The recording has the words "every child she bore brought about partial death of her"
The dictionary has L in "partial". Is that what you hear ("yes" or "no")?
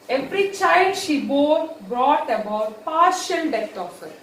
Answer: no